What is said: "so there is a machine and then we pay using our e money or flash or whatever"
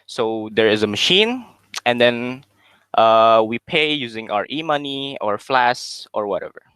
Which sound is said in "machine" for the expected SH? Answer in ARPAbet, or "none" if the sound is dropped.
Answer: SH